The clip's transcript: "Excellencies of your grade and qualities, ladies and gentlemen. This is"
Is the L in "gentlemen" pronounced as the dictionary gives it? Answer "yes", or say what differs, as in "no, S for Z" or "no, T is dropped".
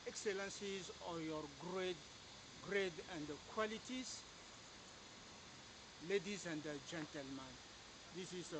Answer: yes